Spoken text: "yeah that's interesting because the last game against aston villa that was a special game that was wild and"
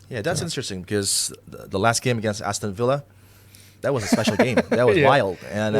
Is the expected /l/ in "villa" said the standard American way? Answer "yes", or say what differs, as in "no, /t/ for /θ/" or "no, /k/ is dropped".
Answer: yes